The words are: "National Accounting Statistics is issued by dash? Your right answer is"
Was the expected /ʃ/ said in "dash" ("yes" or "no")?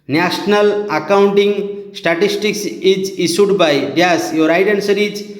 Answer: no